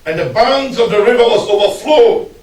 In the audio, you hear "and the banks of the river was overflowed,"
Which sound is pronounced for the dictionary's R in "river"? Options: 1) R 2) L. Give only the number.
1